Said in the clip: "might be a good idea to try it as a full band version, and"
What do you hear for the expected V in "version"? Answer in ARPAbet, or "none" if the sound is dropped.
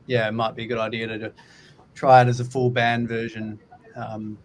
V